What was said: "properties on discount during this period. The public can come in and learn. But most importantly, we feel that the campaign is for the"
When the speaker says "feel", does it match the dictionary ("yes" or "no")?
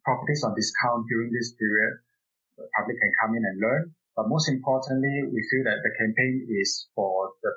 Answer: yes